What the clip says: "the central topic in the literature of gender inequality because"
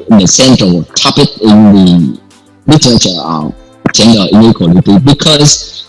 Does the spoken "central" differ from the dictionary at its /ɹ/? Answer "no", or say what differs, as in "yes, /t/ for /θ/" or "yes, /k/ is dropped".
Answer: yes, /w/ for /ɹ/